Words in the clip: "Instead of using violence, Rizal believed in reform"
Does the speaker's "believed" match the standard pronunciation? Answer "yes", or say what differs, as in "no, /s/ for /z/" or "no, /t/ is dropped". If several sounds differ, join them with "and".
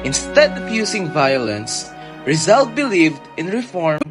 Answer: yes